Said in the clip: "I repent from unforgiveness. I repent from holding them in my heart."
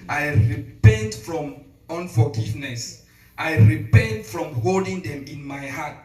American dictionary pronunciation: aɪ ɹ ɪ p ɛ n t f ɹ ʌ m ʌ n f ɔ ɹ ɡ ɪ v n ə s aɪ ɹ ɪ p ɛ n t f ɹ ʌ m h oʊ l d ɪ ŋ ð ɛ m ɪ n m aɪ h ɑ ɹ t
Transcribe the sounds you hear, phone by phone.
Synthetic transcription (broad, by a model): aɪ ɹ ɪ p ɛ n t f ɹ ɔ m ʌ n f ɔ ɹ ɡ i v n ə s aɪ ɹ ɪ p ɛ n t f ɹ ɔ m h oʊ l d ɪ ŋ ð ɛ m ɪ n m aɪ h ɑ t